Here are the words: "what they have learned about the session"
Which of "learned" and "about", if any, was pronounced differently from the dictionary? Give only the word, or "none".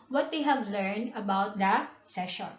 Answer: none